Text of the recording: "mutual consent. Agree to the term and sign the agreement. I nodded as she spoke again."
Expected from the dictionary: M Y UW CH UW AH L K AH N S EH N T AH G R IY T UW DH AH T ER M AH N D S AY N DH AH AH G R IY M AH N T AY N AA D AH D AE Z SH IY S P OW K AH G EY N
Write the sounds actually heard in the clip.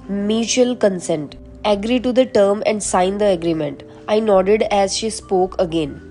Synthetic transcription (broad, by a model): M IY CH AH L K AH N S EH N T AH G R IY T UW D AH T ER M AH N D S AY N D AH AH G R IY M AH N T AY N AA D AH D AE Z SH IY S P OW K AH G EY N